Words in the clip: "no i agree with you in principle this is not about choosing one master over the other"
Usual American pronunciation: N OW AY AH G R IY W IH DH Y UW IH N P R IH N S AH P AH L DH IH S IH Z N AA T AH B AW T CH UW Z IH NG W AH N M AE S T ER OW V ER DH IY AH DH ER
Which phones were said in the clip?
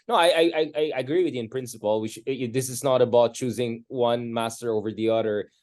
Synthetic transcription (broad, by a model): N OW AY AH G R IY W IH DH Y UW IH N P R IH N S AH P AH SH DH IH S IH Z N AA T AH B AW T CH UW Z IH NG W AH N M AE S T ER OW V ER DH IY AH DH ER